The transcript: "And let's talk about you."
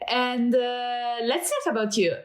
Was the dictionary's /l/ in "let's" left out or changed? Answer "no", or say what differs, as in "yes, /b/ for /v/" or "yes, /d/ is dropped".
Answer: no